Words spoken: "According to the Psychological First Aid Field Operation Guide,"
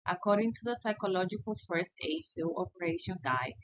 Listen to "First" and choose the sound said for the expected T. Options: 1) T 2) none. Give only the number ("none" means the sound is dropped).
1